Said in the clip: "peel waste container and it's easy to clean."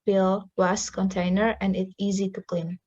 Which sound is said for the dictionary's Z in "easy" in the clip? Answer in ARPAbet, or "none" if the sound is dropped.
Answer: Z